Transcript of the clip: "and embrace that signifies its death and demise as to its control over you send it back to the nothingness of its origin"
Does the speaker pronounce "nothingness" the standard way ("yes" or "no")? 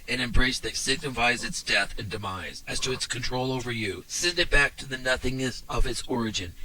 yes